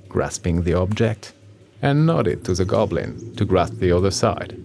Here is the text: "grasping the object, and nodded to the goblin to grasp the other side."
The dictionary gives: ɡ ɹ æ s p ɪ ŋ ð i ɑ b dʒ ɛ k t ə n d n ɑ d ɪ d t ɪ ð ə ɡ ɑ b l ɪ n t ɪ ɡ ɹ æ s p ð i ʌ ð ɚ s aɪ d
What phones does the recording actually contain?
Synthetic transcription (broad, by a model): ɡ ɹ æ s p ɪ ŋ ð i ɑ b dʒ ɛ k t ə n n ɑ d ɪ d t ɪ ð ə ɡ ɑ b l ɪ n t ɪ ɡ ɹ æ s p ð i ʌ ð ɚ s aɪ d